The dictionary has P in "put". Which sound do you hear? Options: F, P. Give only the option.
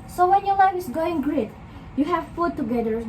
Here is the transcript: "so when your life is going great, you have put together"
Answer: F